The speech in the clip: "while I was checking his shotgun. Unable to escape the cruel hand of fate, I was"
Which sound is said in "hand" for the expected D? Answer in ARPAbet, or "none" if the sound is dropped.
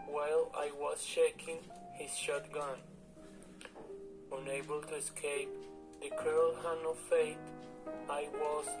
none